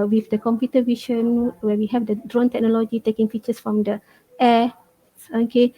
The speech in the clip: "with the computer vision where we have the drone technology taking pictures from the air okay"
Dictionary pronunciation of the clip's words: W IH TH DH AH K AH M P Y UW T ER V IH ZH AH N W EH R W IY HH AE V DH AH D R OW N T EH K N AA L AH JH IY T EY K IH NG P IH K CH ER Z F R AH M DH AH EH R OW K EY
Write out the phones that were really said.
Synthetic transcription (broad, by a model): W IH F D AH K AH M P Y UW T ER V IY SH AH N W EH W IY HH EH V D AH D R OW N T EH K N AA L AH JH IY T EY K IH NG F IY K CH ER S F R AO M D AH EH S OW K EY